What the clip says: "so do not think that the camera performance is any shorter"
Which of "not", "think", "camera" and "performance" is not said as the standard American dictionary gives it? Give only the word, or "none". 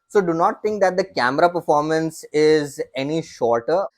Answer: think